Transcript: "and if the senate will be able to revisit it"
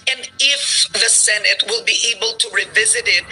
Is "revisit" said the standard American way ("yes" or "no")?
yes